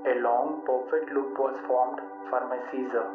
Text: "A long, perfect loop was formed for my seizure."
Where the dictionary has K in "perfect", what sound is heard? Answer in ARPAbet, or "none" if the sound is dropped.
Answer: none